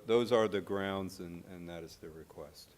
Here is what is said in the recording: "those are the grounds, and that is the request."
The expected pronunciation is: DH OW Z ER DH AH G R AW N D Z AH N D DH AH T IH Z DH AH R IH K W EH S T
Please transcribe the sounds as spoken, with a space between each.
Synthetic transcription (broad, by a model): DH OW Z ER DH AH G R AW N D Z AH N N DH AH T IH Z DH AH R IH K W EH S T